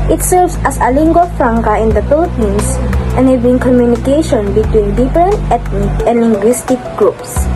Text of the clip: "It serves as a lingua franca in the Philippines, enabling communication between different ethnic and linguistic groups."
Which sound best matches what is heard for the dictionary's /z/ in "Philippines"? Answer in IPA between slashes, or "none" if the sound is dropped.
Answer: /s/